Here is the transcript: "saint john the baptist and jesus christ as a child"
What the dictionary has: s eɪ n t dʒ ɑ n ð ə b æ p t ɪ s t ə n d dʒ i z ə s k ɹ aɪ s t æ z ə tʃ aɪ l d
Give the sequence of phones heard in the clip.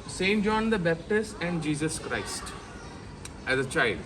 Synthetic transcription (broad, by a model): s eɪ n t dʒ ɑ n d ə b æ p t ɪ s t ə n d dʒ i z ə s k ɹ aɪ s t æ z ə tʃ aɪ l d